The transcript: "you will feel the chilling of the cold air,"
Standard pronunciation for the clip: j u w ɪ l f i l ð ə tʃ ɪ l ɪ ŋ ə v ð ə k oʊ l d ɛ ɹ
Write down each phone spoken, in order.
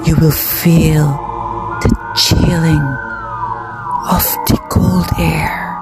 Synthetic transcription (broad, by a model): j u w ɪ l f i l ð ə tʃ ɪ l ɪ ŋ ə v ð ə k oʊ l d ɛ ɹ